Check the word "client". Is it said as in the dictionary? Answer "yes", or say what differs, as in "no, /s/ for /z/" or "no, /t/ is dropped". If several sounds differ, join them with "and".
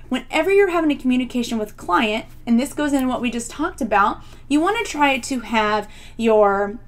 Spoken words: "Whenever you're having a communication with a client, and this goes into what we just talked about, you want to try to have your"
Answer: yes